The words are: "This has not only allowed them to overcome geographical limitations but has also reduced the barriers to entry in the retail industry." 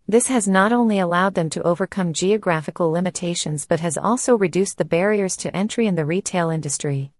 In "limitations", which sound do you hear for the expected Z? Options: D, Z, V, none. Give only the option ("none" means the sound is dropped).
Z